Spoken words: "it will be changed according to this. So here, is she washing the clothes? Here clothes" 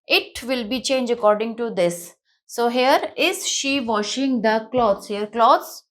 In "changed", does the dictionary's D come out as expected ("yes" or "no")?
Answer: no